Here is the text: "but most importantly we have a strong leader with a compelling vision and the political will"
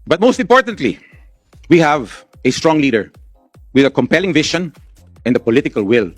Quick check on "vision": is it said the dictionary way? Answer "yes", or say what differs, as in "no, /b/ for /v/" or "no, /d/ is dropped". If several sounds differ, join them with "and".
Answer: no, /ʃ/ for /ʒ/